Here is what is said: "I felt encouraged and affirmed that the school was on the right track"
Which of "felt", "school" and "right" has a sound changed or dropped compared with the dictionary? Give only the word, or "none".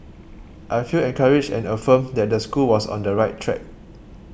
felt